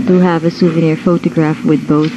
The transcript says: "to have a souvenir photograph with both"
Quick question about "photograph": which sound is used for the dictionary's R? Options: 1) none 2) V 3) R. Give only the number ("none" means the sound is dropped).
3